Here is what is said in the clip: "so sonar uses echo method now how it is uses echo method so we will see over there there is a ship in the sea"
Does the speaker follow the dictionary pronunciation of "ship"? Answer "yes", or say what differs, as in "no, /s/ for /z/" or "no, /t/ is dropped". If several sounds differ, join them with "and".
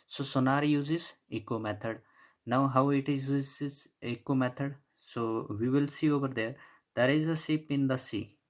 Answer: no, /s/ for /ʃ/